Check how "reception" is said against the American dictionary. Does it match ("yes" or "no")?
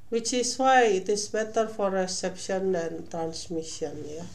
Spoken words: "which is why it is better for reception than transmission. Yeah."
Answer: yes